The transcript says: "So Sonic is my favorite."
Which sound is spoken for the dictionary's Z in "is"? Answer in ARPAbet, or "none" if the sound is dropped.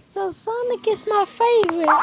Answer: S